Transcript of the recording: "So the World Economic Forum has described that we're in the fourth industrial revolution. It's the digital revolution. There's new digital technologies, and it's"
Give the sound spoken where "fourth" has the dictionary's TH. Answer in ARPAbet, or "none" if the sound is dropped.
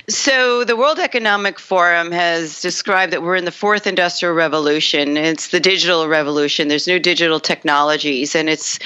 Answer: TH